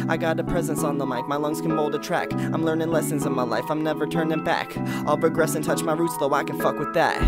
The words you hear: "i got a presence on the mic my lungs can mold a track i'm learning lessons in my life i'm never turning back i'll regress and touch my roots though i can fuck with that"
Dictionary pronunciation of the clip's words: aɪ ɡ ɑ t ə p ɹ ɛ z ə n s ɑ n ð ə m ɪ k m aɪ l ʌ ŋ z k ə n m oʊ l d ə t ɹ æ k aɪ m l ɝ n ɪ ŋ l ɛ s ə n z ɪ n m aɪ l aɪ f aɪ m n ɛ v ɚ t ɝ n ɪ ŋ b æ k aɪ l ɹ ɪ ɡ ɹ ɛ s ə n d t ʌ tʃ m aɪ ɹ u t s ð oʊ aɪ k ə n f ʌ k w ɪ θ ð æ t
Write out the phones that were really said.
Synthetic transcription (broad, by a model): aɪ ɡ ɑ t ə p ɹ ɛ z ə n s n ð ə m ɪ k m aɪ l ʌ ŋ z k ə n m oʊ l d ə t ɹ æ k aɪ m l ɝ n ɪ ŋ l ɛ s ə n z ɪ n m aɪ l aɪ f aɪ m n ɛ v ɚ t ɝ n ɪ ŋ b æ k aɪ l ɹ ɪ ɡ ɹ ɛ s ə n t ʌ tʃ m aɪ ɹ u t s ð oʊ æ k ə n f ʌ k w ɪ ð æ t